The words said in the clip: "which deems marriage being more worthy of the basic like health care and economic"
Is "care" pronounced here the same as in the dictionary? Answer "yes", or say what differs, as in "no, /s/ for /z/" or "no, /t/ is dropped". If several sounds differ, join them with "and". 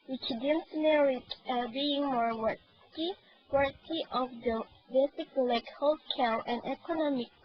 no, /l/ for /ɹ/